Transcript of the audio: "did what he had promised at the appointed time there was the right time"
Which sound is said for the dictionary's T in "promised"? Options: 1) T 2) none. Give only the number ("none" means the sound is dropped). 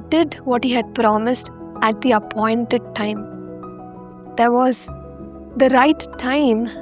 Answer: 1